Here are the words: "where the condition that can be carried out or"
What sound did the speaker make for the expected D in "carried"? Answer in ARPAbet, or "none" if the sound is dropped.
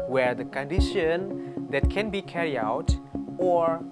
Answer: none